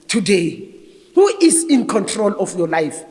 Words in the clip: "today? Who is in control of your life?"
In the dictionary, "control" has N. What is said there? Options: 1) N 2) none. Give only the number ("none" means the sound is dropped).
1